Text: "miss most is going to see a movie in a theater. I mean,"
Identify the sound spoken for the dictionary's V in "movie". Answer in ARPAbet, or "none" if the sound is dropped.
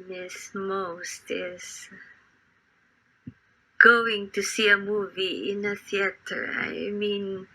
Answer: V